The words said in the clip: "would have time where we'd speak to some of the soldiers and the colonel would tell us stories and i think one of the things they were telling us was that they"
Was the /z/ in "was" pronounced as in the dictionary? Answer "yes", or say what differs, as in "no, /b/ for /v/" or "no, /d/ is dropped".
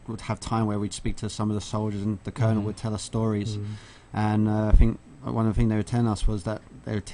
yes